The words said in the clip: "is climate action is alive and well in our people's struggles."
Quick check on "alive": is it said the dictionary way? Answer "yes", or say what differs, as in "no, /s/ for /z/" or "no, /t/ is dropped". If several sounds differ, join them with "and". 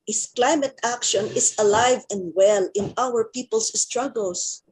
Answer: yes